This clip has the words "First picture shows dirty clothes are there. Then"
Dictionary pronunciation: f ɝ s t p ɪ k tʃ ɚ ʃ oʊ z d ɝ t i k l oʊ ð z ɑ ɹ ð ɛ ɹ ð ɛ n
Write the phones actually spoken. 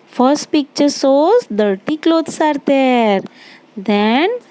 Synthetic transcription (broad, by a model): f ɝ s t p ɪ k tʃ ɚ s oʊ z d ɝ t i k l oʊ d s ɑ ɹ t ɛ ɹ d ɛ n